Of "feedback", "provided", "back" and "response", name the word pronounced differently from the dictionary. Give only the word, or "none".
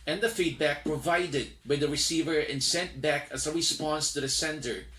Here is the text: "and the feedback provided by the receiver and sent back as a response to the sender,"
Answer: response